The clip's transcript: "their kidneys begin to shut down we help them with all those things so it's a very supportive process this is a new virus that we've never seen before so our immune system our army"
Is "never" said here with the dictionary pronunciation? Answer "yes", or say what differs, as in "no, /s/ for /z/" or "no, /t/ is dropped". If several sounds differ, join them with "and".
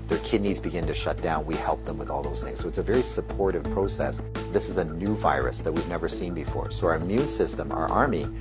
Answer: yes